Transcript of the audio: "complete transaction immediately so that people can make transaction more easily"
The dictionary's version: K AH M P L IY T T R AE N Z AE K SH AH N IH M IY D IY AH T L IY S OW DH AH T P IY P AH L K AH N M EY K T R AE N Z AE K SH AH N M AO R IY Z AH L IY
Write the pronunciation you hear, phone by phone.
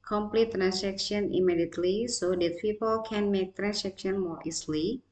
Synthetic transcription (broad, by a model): K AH M P L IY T T R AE N S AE K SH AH N IH M IY D IY AH T L IY S OW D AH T P IY P AH L K AH N M EY K T R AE N S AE K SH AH N M AO R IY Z L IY